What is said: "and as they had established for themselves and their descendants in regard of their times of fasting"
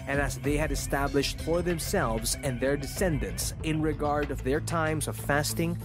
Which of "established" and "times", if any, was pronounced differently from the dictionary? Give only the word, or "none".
none